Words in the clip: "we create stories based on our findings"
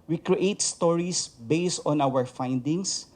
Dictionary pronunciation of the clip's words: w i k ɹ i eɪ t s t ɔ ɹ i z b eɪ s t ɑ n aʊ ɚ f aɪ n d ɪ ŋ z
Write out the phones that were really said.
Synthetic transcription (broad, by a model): w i k ɹ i eɪ t s t ɔ ɹ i s b eɪ s t ɑ n aʊ ɚ f aɪ n d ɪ ŋ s